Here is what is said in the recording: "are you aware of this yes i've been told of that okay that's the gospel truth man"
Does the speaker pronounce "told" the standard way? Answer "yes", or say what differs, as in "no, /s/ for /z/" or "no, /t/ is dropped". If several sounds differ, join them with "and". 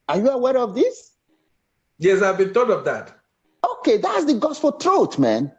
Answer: no, /l/ is dropped